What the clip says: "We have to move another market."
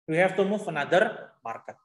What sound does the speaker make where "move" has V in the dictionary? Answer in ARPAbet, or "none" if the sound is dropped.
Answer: F